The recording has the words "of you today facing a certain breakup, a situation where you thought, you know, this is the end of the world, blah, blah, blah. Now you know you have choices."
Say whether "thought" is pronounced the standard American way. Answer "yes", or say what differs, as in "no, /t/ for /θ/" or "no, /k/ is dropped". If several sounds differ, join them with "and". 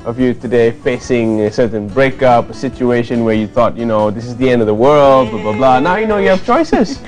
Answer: yes